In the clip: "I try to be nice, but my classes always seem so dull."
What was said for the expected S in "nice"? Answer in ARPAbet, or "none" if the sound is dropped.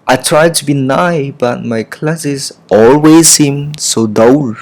none